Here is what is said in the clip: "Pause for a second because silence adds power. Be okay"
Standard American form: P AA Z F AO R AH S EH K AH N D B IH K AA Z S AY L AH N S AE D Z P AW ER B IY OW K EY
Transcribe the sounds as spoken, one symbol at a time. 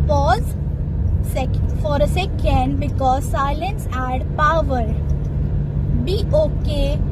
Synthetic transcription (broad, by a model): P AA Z F AO R AH S EH K AH N D B IH K AA Z S AY L AH N S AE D P AW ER B IY OW K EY